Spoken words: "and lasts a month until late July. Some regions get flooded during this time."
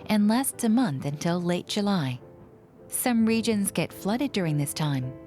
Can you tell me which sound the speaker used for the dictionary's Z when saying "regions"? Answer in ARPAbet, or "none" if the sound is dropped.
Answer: Z